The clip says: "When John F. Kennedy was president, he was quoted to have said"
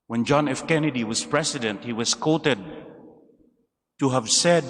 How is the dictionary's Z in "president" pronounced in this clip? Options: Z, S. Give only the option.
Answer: S